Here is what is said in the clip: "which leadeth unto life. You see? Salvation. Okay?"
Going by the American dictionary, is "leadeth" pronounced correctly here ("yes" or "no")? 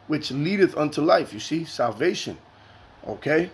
yes